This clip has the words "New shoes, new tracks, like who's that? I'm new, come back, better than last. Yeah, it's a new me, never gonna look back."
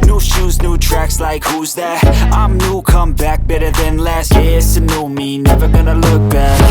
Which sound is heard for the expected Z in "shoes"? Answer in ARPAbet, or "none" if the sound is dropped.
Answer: Z